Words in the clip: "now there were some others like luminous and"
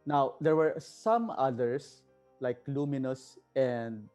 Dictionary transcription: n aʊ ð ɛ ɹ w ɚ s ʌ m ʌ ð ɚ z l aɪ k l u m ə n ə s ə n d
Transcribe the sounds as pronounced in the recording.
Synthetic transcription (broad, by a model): n aʊ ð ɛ ɹ w ɚ s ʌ m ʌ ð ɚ s l aɪ k l u m ə n ə s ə n d